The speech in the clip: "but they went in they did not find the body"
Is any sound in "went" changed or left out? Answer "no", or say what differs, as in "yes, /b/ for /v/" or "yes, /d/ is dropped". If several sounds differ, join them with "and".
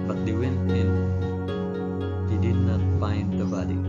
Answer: yes, /t/ is dropped